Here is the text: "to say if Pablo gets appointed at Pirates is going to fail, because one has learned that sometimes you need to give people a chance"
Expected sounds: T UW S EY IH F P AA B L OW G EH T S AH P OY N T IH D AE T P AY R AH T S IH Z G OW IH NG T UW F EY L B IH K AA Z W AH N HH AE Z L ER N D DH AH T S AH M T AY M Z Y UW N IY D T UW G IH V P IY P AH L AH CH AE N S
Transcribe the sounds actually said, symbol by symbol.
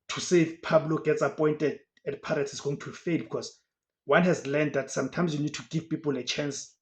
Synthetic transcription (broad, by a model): T UW S EY IH F P AA B L OW G EH T S AH P OY N T IH D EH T P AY R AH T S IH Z G OW IH NG T UW F EY L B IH K AA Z W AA N HH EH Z L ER N D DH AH T S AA M T AY M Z Y UW N IY D T UW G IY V P IY P AH L AH CH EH N S